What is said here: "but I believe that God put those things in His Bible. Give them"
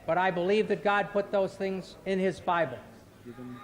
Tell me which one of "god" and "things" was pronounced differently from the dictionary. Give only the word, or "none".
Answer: none